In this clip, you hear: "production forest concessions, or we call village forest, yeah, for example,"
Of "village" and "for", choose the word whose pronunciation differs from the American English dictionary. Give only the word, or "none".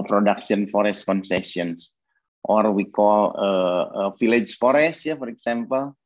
village